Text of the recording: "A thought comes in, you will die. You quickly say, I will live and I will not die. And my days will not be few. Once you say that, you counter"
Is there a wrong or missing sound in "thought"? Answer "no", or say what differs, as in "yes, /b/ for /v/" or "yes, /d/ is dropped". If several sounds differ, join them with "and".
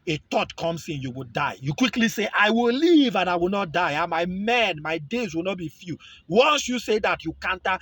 yes, /t/ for /θ/